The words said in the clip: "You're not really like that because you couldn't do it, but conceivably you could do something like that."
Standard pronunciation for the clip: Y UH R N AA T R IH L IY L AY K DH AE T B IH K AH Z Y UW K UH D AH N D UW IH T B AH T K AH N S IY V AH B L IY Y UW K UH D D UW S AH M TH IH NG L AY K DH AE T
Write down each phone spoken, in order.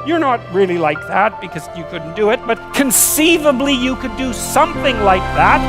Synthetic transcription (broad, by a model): Y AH R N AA T R IH L IY L AY K DH AE T B IH K AH Z Y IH K UH D N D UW IH T B AH T K AH N S IY V AH B L IY Y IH K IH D D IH S AH M TH IH NG L AY K DH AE T